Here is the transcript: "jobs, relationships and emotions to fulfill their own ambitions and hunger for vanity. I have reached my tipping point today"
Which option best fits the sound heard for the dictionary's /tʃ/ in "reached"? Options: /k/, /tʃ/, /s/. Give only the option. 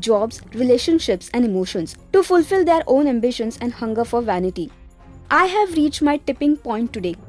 /tʃ/